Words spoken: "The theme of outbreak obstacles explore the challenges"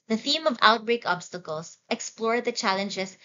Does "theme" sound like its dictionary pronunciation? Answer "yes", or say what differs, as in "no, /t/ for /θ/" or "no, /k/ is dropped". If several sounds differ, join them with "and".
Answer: yes